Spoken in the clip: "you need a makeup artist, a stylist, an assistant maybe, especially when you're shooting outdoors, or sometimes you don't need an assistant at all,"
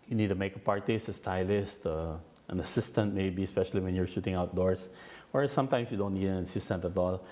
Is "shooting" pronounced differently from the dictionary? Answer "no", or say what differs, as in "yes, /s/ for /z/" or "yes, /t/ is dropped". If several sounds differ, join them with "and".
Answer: no